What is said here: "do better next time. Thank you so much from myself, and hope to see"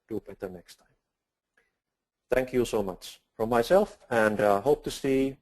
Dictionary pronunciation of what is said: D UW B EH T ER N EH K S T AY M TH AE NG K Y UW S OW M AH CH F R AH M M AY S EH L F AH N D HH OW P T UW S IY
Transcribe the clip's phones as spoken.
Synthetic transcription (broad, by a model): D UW B EH T ER N EH K S T AY M TH AE NG K Y UW S OW M AH CH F R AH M M AY S EH L F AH N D HH OW P T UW S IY